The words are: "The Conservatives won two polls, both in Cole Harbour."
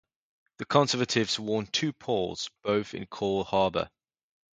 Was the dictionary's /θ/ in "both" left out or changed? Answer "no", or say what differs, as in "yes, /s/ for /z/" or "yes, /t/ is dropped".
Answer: no